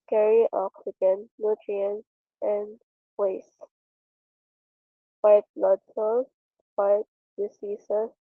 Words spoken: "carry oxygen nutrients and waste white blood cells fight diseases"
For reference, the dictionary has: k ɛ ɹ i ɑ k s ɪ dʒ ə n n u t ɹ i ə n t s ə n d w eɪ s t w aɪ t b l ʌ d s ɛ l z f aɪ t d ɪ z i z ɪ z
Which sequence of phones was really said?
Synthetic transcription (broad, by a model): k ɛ ɹ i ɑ k s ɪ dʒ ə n n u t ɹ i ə n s ə n d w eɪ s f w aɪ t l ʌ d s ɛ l f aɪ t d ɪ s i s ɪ